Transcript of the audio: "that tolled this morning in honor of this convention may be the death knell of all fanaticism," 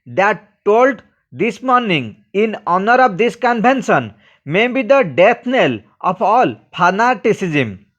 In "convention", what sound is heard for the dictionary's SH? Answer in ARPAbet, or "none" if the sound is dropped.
S